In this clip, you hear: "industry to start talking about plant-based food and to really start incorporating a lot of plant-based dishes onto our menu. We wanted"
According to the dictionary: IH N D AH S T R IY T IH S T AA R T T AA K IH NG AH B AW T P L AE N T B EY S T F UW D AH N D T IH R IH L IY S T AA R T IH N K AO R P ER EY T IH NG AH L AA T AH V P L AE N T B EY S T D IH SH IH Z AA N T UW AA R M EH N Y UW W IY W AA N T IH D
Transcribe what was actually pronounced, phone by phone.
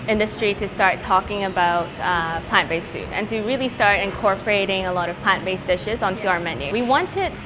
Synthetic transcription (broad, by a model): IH N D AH S T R IY T IH S T AA R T T AA K IH NG AH B AW T P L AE N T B EY S F UW D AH N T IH R IH L IY S T AA R T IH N K AO R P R EY T IH NG AH L AA T AH V P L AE N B EY S D IH SH IH Z N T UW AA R M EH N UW W IY W AA N T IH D